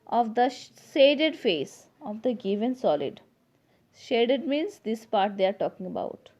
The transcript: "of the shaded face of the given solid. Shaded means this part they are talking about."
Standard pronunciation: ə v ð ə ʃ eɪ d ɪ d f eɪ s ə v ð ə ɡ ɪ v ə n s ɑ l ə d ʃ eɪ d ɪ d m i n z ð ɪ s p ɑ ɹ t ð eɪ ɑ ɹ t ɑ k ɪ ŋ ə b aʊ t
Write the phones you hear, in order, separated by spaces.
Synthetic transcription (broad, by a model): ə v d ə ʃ eɪ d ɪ d f eɪ s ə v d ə ɡ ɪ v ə n s ɑ l ə d ʃ eɪ d ɪ d m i n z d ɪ s p ɑ ɹ t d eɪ ɑ ɹ t ɑ k ɪ ŋ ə b aʊ t